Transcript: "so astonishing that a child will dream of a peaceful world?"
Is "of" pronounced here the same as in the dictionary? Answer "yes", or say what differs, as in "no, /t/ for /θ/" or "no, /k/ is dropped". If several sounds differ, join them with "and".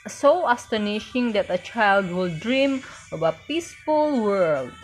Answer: no, /b/ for /v/